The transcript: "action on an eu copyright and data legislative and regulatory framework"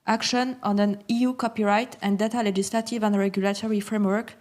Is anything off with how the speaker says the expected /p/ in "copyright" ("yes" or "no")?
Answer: no